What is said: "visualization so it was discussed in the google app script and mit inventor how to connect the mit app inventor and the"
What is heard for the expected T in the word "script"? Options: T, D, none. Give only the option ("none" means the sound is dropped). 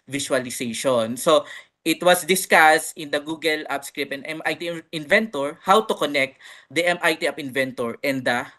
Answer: none